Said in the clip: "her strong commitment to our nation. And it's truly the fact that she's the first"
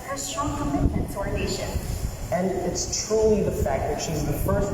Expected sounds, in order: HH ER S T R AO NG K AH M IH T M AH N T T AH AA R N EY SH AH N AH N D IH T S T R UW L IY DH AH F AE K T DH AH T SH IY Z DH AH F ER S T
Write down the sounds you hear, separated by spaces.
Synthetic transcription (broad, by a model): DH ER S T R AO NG K AH M IH T M AH N T S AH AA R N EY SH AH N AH N IH T S T R UW L IY DH AH F AE K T DH AH T SH IY Z DH AH F ER S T